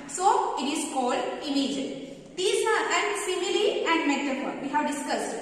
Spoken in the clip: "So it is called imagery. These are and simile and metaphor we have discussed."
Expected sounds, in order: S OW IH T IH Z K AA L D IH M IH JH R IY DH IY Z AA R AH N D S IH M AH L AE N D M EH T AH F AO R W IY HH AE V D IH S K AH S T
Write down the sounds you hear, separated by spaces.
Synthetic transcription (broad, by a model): S OW IH T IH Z K AA L D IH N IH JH IY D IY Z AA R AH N S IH M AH L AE N D M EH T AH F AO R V IY HH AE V D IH S K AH S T